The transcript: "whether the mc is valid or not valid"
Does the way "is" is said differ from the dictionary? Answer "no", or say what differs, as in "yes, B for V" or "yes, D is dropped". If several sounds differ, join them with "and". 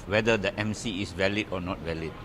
yes, S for Z